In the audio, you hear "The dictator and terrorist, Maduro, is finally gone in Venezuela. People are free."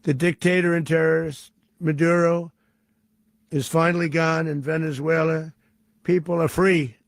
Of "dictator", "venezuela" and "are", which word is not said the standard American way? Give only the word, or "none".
none